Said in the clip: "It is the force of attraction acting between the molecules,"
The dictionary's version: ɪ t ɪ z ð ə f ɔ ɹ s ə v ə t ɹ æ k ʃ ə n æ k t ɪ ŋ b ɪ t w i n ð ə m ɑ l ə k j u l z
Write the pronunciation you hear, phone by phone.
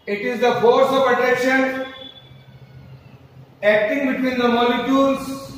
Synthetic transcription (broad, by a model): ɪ t ɪ z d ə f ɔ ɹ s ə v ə t ɛ k ʃ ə n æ k t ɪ ŋ b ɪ t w i n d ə m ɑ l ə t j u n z